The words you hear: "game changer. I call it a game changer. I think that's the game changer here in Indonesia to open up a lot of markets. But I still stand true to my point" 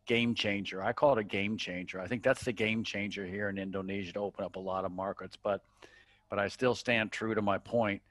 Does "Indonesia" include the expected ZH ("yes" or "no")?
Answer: yes